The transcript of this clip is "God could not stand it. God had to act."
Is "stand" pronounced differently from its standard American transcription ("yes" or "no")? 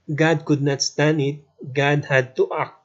yes